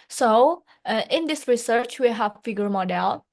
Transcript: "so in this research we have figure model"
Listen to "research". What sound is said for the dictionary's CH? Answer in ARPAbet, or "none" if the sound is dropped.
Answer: CH